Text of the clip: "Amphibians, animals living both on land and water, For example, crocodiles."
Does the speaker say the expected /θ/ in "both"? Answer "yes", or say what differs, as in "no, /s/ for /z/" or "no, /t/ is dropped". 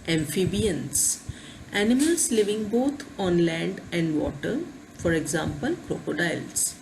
no, /t/ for /θ/